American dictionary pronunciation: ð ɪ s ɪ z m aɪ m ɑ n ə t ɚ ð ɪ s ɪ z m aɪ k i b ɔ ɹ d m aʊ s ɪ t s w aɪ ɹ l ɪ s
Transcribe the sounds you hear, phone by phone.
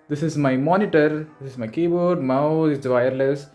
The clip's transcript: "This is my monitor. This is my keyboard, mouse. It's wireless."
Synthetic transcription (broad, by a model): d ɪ s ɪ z m aɪ m ɑ n ə t ɚ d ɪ s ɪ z m aɪ k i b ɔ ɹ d m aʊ ɪ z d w aɪ ɹ l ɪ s